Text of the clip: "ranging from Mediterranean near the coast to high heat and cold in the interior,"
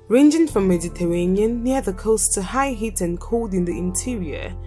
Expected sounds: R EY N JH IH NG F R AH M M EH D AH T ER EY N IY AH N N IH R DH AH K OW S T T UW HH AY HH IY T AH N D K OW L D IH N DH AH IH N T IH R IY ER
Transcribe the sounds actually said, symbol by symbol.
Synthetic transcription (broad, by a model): R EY N JH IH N F R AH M M EH D AH T ER EY N IY AH N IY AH DH AH K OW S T T UW HH AY HH IY T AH N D K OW D IH N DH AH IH N T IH R IY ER